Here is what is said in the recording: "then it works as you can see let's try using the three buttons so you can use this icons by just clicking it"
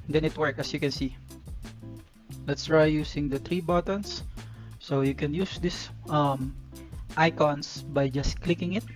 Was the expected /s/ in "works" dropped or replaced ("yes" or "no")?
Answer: yes